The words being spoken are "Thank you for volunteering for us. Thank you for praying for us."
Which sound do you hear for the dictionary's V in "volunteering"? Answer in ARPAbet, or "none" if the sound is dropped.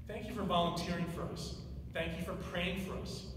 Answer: V